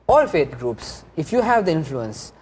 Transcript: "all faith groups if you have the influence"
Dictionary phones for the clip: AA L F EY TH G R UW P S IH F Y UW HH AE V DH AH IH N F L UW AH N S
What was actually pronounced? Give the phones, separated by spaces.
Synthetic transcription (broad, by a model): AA L F EY T G R UW P S IH F Y UW HH AE V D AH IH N F L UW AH N S